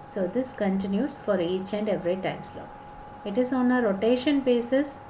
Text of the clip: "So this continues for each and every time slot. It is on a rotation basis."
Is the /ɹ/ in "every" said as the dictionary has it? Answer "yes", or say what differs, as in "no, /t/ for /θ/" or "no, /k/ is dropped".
yes